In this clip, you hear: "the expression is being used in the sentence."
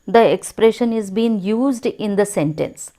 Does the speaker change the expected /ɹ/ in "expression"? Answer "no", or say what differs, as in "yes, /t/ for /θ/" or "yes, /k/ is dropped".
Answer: no